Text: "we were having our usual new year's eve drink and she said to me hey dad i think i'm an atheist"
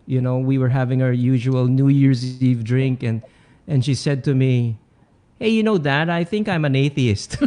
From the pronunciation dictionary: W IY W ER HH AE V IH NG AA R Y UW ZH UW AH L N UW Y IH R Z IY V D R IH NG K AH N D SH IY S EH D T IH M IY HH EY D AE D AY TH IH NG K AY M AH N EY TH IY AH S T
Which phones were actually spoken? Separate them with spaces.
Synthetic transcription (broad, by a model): W IY W ER HH AE V IH NG AA R Y UW ZH UW AH L N UW Y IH R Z IY V D R IH NG K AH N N SH IY S EH D T IH M IY HH EY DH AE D AY TH IH NG K AY M AH N EY TH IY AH S T